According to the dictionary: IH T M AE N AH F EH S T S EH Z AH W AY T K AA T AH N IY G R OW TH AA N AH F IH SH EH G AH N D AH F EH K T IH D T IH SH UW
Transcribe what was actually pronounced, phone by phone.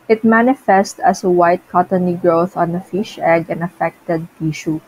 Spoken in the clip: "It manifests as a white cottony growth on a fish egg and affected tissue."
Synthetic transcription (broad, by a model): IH T M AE N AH F EH S T AH S AH W AY T K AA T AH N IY G R OW TH AA N AH F IH SH EH G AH N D AH F EH K T IH D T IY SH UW